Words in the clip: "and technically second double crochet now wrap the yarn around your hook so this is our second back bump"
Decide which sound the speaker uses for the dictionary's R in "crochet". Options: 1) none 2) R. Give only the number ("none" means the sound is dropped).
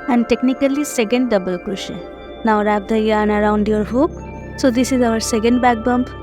1